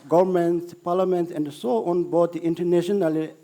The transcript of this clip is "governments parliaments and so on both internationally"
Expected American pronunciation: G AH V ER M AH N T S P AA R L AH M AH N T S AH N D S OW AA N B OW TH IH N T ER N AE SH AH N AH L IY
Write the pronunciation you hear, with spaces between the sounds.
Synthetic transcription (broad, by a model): G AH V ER M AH N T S P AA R L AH M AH N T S AH N D S OW AA N B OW T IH N T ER N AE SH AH N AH L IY